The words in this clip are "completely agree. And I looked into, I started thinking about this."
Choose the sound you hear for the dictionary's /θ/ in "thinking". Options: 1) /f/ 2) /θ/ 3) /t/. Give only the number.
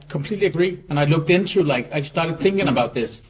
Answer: 2